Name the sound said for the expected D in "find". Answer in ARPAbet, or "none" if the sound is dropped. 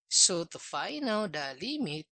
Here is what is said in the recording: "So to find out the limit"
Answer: none